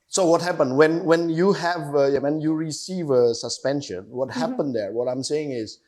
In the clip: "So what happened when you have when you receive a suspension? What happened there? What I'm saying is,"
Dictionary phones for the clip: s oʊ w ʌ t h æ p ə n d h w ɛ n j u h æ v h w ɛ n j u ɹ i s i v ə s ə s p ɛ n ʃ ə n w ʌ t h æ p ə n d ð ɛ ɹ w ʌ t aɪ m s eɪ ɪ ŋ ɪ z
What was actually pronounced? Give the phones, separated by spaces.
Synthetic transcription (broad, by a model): s oʊ w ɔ t h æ p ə n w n w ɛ n j u h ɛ v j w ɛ n j u ɹ i s i v ə s ə s p ɛ n ʃ ə n w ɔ t h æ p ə n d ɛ ɹ w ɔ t aɪ m s eɪ ɪ ŋ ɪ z